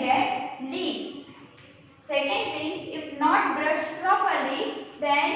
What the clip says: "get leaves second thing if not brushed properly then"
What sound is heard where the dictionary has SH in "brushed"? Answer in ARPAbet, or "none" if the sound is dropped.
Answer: S